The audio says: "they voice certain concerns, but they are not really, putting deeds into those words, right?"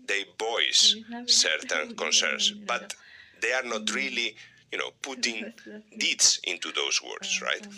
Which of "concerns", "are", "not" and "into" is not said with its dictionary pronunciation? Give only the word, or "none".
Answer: concerns